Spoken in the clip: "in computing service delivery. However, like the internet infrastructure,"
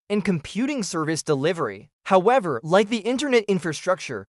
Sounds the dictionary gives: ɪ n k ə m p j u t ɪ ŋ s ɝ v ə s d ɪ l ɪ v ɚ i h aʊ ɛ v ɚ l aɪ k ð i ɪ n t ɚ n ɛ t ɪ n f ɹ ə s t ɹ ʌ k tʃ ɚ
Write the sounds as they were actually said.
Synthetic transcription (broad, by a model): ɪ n k ə m p j u t ɪ ŋ s ɝ v ə s d ɪ l ɪ v ɚ i h aʊ ɛ v ɚ l aɪ k ð i ɪ n t ɚ n ɛ t ɪ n f ɹ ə s t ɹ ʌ k tʃ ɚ